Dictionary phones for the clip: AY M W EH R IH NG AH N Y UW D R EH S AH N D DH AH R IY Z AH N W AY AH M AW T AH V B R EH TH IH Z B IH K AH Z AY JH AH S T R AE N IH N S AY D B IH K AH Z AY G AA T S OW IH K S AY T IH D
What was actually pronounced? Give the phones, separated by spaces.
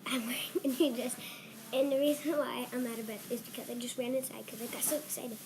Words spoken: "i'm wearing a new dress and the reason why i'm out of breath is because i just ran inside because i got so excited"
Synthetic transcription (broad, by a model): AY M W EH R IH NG AH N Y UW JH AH S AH N DH AH R IY Z AH N W AY AH M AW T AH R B EH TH IH Z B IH K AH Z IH JH AH S T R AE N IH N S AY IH K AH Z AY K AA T S OW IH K S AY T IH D